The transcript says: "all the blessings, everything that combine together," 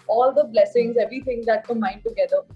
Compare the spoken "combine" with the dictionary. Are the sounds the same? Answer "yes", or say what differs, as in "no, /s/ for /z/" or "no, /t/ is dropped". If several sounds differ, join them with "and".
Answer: no, /b/ is dropped